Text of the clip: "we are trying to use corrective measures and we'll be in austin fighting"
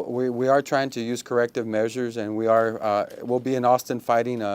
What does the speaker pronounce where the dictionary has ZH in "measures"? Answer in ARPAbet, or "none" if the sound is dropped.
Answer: ZH